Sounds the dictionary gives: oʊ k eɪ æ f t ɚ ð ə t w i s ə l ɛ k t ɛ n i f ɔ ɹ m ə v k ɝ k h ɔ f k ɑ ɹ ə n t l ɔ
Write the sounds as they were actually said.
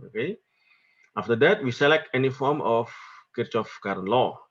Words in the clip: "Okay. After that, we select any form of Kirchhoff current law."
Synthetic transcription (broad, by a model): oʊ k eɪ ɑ f t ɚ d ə t w i s ə l ɛ k t ɛ n i f ɔ ɹ m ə f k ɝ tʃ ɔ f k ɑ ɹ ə n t l ɔ